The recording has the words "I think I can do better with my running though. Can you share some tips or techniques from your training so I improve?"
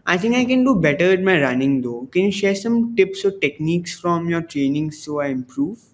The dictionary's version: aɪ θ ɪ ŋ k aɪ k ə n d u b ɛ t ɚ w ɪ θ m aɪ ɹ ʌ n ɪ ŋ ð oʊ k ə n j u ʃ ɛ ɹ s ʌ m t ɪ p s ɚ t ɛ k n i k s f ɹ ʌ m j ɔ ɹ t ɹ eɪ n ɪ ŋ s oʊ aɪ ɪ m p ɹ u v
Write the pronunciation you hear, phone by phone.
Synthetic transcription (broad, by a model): aɪ t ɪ ŋ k aɪ k ə n d u b ɛ t ɚ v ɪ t m aɪ ɹ ʌ n ɪ ŋ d oʊ k ə n j u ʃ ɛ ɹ s ʌ m t ɪ p s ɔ t ɛ k n i k s f ɹ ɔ m j ɔ ɹ t ɹ eɪ n ɪ ŋ s oʊ aɪ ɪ m p ɹ u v